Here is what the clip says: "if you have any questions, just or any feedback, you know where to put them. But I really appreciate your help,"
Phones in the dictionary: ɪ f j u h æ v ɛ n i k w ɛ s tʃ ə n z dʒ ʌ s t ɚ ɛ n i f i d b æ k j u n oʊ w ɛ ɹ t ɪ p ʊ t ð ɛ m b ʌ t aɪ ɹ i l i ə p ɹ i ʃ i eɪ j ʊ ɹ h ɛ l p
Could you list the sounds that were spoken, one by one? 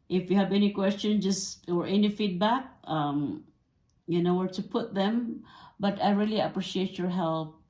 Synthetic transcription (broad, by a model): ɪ f j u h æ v ɛ n i k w ɛ s tʃ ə n dʒ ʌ s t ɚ ɛ n i f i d b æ k j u n oʊ w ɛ ɹ t ɪ p ʊ t ð ɛ m b ʌ t aɪ ɹ i l i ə p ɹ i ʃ i eɪ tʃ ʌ ɹ h ɛ l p